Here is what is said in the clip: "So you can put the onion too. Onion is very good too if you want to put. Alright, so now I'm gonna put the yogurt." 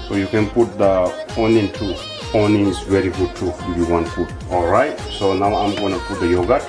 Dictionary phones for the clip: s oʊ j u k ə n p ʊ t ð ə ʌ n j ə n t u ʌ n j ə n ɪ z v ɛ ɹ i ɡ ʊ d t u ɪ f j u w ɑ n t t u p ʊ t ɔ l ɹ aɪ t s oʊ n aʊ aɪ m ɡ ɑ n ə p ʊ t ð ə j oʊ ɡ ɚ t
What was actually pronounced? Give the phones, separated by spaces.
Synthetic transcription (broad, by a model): s oʊ j u k ə n p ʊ t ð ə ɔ n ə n t u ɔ n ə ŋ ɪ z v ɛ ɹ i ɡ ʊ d t u ɪ f j u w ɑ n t t u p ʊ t ɔ l ɹ aɪ t s oʊ n aʊ aɪ m ɡ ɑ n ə p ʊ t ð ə j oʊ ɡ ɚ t